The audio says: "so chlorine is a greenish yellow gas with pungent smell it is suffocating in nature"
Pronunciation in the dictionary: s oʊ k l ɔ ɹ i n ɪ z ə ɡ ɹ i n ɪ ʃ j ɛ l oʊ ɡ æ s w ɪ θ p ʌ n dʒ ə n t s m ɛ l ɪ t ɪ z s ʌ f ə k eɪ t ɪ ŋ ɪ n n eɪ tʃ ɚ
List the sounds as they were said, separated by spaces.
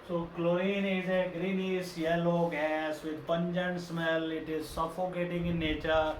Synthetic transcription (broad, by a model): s oʊ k l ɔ i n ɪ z ə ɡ ɹ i n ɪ s j ɛ l oʊ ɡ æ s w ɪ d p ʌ n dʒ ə n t s m ɛ l ɪ t ɪ z s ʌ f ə k eɪ t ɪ ŋ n n eɪ tʃ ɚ